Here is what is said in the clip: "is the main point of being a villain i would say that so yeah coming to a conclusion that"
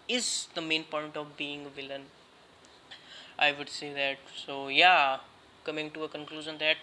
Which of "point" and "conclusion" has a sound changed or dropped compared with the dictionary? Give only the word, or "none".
none